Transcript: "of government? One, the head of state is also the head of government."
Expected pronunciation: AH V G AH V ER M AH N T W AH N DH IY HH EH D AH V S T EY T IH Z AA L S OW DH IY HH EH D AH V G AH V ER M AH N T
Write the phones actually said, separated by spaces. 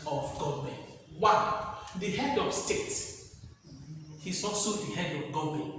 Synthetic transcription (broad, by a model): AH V G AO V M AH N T W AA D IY HH EH D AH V S T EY T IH S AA S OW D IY HH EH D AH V G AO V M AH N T